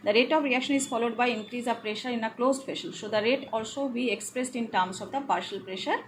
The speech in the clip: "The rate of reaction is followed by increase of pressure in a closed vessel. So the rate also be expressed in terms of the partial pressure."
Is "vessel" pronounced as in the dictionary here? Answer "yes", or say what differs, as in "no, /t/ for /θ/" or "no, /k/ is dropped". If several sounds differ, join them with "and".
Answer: no, /f/ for /v/ and /ʃ/ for /s/